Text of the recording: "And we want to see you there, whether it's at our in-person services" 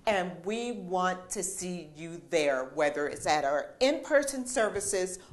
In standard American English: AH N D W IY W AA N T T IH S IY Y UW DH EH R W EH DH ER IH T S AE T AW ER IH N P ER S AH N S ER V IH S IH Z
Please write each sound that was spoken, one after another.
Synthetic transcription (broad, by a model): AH N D W IY W AA N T T IH S IY Y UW DH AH R W EH DH ER IH T S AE T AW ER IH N P ER S AH N S ER V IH S IH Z